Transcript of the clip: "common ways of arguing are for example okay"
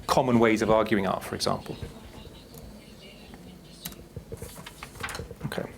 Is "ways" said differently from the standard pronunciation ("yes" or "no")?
no